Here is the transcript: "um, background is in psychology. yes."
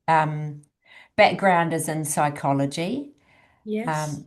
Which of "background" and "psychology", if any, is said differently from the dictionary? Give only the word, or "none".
none